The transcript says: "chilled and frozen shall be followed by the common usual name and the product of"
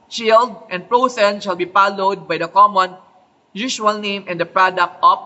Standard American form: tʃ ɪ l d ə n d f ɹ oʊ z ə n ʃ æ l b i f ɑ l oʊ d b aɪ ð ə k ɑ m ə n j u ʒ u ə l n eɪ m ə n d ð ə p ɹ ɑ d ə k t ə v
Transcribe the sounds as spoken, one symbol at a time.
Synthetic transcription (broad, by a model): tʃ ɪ l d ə n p ɹ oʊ s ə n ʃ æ l b i p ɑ l oʊ d b aɪ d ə k ɑ m ə n j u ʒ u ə l n eɪ m ə n d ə p ɹ ɑ d ə k t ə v